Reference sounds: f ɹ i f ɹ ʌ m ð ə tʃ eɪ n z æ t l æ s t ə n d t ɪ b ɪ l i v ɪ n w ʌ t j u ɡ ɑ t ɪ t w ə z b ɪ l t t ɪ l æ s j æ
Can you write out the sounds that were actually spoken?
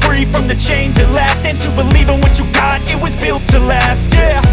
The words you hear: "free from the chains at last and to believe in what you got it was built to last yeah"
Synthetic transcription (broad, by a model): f ɹ i f ɹ ʌ m ð ə tʃ eɪ n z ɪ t l æ s t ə n t ɪ b ɪ l i v ɪ n w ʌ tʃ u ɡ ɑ t ɪ t w ə z b ɪ l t t ɪ l æ s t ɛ